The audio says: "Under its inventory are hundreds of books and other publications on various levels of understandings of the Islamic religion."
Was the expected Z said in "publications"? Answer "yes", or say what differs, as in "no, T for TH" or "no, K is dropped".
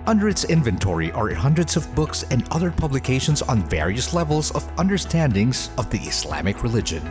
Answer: yes